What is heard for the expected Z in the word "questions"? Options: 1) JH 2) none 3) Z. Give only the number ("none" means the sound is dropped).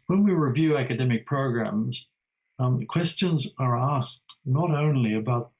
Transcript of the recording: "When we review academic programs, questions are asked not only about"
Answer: 3